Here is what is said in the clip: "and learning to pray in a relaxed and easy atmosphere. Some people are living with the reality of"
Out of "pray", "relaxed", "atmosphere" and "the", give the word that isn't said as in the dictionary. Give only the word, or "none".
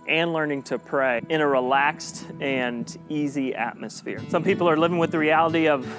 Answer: none